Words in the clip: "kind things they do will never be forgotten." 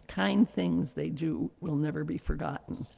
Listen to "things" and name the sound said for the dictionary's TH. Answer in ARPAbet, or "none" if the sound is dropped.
TH